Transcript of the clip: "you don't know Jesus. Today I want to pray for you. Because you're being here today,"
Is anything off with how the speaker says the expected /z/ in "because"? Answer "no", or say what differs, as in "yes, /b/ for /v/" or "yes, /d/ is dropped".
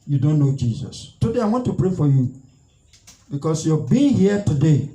yes, /s/ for /z/